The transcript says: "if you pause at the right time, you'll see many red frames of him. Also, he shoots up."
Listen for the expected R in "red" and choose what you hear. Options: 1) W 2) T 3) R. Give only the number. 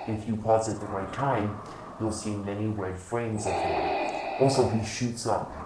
1